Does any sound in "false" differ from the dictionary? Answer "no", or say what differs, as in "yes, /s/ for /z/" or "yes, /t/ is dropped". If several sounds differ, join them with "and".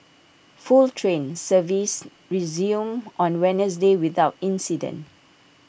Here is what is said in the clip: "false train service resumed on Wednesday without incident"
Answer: yes, /s/ is dropped